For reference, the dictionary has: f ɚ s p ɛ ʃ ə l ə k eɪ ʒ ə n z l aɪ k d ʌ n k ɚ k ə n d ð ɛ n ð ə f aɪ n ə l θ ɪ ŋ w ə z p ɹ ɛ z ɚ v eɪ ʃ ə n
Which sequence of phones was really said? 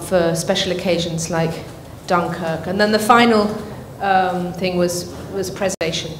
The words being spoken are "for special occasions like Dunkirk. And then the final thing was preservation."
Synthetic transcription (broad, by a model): f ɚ s p ɛ ʃ ə l ə k eɪ ʒ ə n z l aɪ k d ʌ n k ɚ k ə n ð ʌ n ð ə f aɪ n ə l θ ɪ ŋ w ə z p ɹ ɛ z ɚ v eɪ ʃ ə n